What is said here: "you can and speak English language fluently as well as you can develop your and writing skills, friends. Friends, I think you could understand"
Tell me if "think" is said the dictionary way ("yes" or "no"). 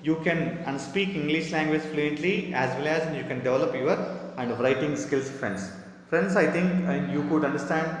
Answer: no